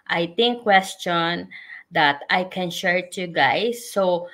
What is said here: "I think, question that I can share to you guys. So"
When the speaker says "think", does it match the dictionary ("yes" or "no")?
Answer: no